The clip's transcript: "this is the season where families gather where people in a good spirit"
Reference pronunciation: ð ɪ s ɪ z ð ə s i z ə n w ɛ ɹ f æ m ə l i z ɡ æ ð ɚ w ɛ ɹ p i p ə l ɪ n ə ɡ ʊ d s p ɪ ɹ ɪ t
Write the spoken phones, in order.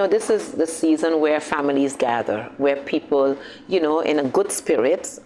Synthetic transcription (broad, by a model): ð ɪ s ɪ z ð ə s i z ə n w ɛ ɹ f æ m ə l i z ɡ æ ð ɚ w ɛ ɹ p i p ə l ɪ n ə ɡ ʊ d s p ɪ ɹ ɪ t